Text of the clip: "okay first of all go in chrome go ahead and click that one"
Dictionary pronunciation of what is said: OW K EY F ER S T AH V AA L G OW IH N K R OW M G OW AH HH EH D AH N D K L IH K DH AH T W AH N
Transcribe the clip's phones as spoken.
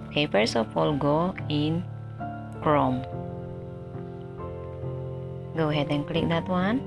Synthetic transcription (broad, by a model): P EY P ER S AH P AA L G OW IH N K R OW M G OW HH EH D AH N K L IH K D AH T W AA N